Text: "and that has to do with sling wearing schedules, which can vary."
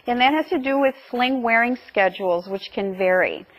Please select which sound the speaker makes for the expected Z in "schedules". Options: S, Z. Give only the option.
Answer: Z